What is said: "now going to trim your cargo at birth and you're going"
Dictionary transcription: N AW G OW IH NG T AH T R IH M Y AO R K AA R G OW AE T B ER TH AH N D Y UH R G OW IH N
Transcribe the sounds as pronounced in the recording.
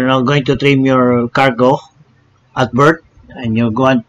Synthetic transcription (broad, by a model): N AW G OW IH NG T AH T R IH M Y AO R K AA R G OW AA T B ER T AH N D Y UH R G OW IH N